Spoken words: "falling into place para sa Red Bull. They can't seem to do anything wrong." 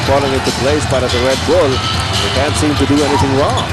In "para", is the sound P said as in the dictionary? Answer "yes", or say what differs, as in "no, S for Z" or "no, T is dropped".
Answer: no, B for P